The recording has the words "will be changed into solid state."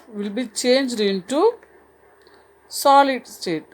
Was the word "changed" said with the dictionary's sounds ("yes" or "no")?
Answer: yes